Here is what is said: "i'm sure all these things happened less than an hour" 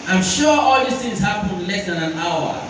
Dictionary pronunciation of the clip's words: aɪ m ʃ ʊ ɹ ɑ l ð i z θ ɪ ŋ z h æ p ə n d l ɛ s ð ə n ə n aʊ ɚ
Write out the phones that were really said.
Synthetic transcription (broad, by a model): aɪ m ʃ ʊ ɑ l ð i s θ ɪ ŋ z h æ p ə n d l ɛ s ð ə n ə n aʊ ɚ